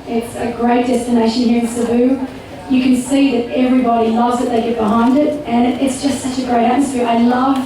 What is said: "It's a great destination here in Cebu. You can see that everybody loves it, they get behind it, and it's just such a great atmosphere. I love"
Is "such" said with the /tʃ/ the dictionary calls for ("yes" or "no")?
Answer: yes